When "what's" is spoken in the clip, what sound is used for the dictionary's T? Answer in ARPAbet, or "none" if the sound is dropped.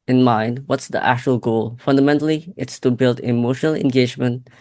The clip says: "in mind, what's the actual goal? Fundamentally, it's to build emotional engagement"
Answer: T